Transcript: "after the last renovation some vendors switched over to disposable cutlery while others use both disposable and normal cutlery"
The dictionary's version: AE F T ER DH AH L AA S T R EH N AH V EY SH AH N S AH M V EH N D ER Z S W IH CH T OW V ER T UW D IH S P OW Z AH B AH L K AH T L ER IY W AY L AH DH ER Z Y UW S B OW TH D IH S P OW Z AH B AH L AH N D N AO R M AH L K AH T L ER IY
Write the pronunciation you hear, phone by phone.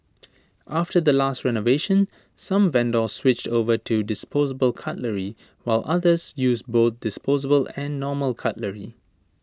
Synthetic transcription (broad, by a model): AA F T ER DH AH L AA S T R EH N AH V EY SH AH N S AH M V EH N D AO S W IH CH T OW V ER T UW D IH S P OW Z AH B AH L K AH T L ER IY W AY L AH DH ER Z Y UW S B OW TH D IH S P OW Z AH B AH L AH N N AO M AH L K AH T L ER IY